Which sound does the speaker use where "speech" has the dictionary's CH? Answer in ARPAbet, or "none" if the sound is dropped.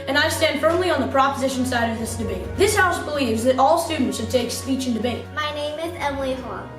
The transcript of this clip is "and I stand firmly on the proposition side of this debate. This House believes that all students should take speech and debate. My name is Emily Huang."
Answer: CH